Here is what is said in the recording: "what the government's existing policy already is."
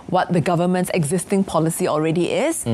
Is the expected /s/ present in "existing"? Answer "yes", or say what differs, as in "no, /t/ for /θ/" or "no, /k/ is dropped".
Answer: yes